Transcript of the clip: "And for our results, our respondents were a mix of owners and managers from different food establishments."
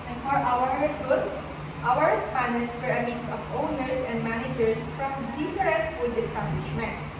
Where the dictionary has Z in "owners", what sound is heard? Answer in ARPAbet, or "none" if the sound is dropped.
S